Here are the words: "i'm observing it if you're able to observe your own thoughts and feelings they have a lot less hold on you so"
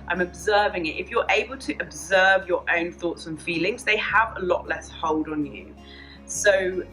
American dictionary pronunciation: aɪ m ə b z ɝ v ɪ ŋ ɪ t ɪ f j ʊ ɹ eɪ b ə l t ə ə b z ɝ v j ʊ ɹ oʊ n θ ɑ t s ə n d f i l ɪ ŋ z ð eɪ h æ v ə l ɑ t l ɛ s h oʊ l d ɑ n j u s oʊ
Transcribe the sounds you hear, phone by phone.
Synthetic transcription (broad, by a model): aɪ m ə b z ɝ v ɪ ŋ ɪ t ɪ f j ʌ ɹ eɪ b ə l t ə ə b z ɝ v j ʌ ɹ oʊ n θ ɑ t s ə n f i l ɪ ŋ z ð eɪ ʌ v ə l ɑ t l ɛ s h oʊ l d n j u s oʊ